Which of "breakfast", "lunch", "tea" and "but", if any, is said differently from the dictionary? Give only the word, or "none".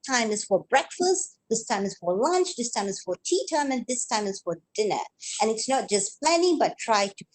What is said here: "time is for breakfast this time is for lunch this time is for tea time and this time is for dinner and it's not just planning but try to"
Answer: none